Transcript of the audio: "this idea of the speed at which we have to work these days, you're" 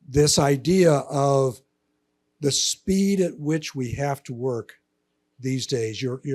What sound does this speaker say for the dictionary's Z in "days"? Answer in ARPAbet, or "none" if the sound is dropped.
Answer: Z